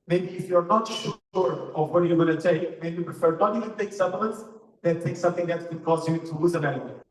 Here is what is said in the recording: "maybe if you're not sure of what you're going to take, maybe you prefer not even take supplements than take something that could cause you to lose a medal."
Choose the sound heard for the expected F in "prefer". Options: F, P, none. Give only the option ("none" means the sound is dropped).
F